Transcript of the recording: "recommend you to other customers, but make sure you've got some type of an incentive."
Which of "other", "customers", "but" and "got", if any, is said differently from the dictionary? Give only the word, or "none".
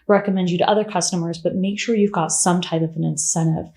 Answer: none